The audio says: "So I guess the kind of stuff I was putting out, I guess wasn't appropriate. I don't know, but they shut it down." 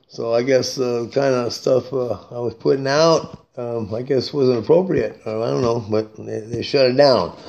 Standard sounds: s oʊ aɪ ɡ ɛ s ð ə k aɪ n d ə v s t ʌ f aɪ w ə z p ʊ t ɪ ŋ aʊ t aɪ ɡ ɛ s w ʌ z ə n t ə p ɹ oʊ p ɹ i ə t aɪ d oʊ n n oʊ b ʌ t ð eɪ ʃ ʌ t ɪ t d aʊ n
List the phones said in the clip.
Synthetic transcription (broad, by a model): s oʊ aɪ ɡ ɛ s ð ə k aɪ n d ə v s t ʌ f aɪ w ə z p ʊ t ɪ ŋ aʊ t aɪ ɡ ɛ s w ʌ z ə n t ə p ɹ oʊ p ɹ i ə t aɪ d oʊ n n oʊ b ʌ t ð eɪ ʃ ʌ t ɪ t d aʊ n